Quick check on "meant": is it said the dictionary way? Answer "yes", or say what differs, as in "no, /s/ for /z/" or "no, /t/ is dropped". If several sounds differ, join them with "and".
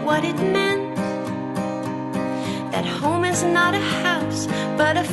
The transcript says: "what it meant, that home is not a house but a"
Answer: yes